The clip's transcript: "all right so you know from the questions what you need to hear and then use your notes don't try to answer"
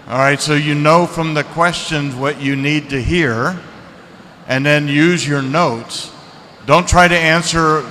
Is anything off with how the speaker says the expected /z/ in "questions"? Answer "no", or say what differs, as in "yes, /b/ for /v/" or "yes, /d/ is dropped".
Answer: no